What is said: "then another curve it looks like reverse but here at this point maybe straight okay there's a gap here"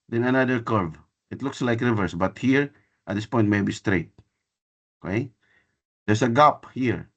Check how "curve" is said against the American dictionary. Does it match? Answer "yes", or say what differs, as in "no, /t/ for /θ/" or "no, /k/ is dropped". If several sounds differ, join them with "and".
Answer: yes